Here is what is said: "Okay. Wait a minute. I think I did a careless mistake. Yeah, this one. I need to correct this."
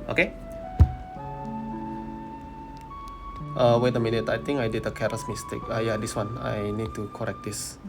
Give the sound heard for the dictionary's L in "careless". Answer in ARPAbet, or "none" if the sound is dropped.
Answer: none